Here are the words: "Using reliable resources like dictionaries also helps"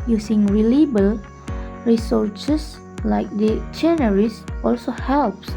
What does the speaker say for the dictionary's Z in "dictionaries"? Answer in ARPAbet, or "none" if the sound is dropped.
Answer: S